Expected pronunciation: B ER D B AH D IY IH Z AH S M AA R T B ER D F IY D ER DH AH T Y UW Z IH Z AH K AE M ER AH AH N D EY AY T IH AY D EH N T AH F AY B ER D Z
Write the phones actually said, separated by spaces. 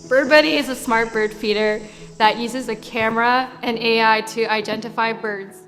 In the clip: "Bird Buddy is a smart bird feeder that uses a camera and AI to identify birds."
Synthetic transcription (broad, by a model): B ER D B AH D IY IH Z AH S M AA R T B ER D F IY D ER DH AH T Y UW Z IH Z AH K AE M ER AH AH N EY AY T IH AY D EH N T AH F AY B ER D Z